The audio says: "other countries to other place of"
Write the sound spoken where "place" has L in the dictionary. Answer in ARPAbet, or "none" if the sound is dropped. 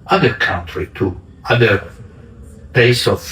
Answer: none